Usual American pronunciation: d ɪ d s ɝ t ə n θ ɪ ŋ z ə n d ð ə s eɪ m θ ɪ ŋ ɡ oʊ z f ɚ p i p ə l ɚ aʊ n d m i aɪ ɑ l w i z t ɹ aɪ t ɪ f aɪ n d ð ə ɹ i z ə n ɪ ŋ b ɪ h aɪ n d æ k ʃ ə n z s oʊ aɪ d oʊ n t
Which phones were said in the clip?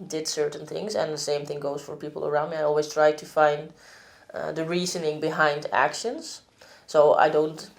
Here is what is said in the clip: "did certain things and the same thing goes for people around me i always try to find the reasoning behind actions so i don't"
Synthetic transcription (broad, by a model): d ɪ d s ɝ t n θ ɪ ŋ z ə n ð ə s eɪ m θ ɪ ŋ ɡ oʊ z f ɚ p i p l ɚ aʊ n d m i aɪ ɑ l w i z t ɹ aɪ t ɪ f aɪ n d ð ə ɹ i z ə n ɪ ŋ b ɪ h aɪ n d æ k ʃ ə n z s oʊ aɪ d oʊ n t